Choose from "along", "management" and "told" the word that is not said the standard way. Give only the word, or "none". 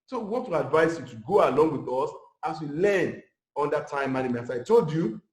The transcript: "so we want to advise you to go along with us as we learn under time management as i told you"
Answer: management